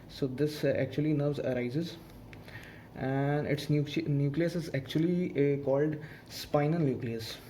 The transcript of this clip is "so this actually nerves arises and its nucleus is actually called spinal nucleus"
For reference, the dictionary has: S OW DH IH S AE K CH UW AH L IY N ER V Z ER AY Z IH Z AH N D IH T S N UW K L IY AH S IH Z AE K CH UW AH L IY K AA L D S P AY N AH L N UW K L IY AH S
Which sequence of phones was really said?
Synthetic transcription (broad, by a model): S OW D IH S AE K CH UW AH L IY N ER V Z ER AY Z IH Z AH N D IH T S N UW K L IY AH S IH Z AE K CH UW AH L IY K AA L D S P AY N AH N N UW K L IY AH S